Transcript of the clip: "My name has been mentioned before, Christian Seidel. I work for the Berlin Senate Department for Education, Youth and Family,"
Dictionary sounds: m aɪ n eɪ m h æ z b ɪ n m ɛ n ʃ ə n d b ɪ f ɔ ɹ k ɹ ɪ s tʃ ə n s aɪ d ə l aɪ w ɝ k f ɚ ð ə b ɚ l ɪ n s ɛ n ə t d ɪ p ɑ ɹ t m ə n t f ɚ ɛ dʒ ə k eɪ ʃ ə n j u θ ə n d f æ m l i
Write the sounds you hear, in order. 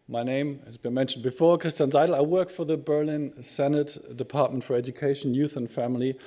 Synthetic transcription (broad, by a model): m aɪ n eɪ m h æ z b ɪ n m ɛ n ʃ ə n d b ɪ f ɔ ɹ k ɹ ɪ s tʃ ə n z aɪ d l aɪ w ɝ k f ɚ ð ə b ɚ l ɪ n s ɛ n ə t d ɪ p ɑ ɹ t m ə n t f ɚ ɛ dʒ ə k eɪ ʃ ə n j u θ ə n f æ m l i